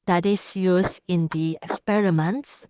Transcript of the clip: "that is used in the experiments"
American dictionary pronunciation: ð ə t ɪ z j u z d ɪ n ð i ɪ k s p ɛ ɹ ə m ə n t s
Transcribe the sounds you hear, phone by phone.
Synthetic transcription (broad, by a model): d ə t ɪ s j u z ɪ n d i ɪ k s p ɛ ɹ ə m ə n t s